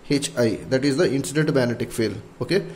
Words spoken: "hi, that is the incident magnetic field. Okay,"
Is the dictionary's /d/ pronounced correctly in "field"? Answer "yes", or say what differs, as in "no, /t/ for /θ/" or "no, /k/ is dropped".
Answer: no, /d/ is dropped